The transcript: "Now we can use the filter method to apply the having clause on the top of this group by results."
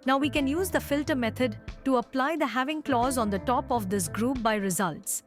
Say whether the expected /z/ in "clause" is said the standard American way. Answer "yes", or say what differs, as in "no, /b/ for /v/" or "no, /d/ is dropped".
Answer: yes